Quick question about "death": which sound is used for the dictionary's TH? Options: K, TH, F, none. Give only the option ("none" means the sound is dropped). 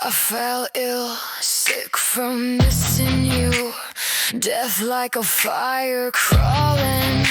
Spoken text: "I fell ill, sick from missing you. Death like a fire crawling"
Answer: TH